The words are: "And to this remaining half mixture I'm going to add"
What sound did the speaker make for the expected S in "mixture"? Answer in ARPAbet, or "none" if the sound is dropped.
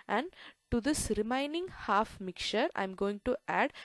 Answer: none